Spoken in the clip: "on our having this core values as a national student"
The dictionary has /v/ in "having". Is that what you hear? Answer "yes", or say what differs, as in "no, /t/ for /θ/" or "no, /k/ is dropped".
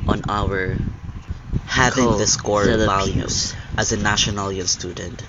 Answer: no, /v/ is dropped